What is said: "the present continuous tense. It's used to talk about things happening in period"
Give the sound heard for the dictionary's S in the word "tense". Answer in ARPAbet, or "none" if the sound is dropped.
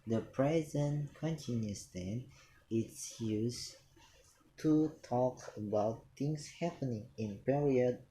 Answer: none